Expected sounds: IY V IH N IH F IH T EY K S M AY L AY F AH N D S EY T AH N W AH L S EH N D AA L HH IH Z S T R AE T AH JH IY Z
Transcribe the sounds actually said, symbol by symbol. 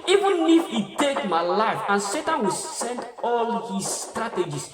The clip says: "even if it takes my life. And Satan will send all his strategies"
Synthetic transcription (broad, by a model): IY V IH N IH F IH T EY K M AY L AY F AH N S EY T AH N W AH L S EH N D AA L HH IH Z S T R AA T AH JH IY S